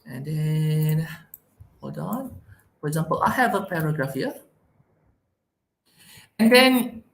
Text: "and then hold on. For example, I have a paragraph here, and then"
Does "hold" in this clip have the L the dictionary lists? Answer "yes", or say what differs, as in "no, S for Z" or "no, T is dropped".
no, L is dropped